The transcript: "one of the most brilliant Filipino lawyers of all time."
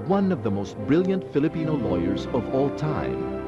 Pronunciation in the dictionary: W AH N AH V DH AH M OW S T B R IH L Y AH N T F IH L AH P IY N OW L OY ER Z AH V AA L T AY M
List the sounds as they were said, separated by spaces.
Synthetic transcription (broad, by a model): W AH N AH V DH AH M OW S T B R IH L Y AH N T F IH L AH P IY N OW L OY ER Z AH V AA L T AY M